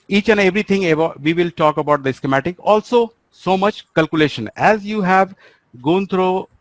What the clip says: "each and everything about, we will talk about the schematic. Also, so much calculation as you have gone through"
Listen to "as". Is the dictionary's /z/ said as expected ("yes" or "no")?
yes